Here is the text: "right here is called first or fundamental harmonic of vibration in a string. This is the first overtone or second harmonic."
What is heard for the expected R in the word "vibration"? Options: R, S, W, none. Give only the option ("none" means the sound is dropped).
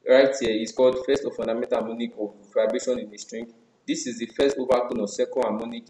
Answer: none